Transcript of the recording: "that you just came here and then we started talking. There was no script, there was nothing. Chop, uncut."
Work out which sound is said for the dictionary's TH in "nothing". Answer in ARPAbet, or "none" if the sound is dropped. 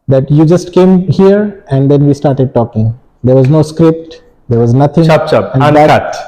T